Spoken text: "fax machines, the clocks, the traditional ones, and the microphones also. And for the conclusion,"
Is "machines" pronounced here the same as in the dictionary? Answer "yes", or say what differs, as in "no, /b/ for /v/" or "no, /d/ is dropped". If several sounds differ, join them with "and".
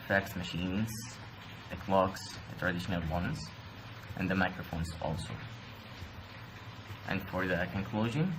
yes